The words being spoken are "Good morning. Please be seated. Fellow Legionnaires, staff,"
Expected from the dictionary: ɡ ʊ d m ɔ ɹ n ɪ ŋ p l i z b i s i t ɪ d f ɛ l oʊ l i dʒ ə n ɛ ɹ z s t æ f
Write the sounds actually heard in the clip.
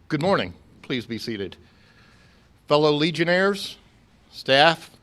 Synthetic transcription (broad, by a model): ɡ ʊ d m ɔ ɹ n ɪ ŋ p l i z b i s i t ɪ d f ɛ l oʊ l i dʒ ə n ɛ ɹ z s t æ f